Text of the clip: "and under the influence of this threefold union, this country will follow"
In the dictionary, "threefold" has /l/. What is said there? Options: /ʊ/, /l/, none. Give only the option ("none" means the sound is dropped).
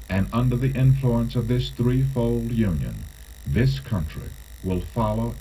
/l/